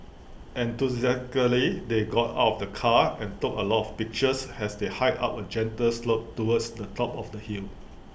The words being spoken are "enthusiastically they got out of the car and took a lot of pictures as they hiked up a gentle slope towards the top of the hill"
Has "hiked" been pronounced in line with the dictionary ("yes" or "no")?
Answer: no